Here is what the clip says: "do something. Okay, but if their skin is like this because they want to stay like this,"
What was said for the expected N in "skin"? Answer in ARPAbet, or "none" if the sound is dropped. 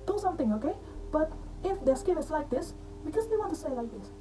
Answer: none